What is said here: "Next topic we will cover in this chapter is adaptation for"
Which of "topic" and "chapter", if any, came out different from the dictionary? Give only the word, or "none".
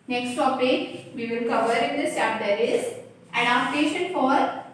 chapter